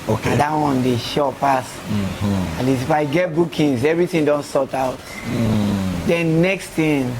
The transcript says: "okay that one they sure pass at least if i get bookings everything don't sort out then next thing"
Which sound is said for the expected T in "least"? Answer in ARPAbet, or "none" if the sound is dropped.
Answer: none